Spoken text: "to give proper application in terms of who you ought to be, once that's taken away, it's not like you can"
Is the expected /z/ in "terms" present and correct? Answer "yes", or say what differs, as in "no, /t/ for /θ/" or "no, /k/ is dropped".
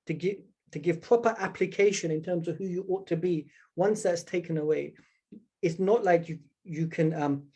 yes